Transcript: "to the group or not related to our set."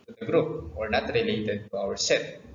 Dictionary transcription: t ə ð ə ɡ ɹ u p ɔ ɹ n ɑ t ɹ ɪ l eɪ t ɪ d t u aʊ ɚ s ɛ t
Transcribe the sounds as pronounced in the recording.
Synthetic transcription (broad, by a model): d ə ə ɡ ɹ u p ɔ ɹ n ɑ t ɹ ɪ l eɪ t ɪ d t u aʊ ɚ s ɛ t